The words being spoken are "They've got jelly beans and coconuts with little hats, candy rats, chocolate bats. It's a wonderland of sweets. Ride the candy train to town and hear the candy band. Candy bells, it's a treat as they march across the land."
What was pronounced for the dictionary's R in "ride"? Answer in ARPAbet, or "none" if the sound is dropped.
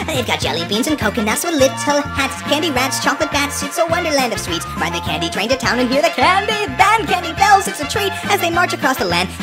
W